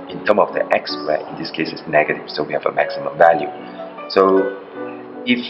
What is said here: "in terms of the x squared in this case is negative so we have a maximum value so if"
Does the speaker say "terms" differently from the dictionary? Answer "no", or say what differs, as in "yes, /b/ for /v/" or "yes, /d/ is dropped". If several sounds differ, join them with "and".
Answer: yes, /z/ is dropped